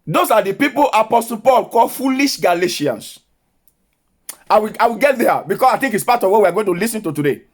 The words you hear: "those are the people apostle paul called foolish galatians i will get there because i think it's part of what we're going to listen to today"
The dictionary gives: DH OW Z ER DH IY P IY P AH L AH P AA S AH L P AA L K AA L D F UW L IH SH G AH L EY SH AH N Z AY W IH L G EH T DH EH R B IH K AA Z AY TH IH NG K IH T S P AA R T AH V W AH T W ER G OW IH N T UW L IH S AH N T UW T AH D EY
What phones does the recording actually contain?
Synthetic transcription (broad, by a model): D OW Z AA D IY P IY P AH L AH P AA S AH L P AA L K AA L F UW L IH SH G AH L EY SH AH N S AY W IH W G EH T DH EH B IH K AA S AY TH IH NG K IH T S P AA T AH V W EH W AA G OW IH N T UW L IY S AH N T UW T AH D EY